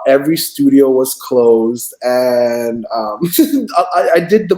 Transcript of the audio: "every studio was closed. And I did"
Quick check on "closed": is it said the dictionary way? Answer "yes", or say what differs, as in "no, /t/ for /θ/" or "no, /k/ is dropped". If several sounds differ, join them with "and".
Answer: yes